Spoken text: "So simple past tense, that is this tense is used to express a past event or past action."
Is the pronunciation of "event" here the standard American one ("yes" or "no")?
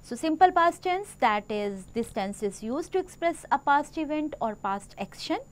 yes